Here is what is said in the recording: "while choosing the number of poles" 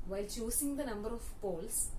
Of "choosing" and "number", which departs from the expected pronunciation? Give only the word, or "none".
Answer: choosing